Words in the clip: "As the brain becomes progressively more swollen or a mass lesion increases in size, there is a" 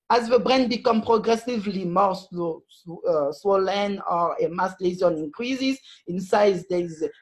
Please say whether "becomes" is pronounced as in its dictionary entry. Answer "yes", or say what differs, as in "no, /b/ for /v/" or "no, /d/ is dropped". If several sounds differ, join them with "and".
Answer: no, /z/ is dropped